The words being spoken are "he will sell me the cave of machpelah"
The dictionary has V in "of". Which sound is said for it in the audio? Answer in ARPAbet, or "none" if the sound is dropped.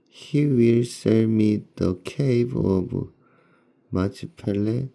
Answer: B